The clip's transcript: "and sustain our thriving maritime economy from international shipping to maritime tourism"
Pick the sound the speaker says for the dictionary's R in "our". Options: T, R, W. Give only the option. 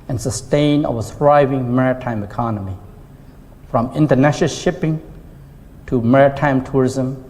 W